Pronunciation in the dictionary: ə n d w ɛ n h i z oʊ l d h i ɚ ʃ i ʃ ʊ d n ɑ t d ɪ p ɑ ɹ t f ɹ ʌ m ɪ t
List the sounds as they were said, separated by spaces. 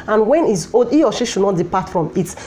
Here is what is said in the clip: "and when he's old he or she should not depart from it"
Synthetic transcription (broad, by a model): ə n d w ɛ n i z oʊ d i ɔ ʃ i ʃ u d n ɑ t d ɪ p ɑ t f ɹ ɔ m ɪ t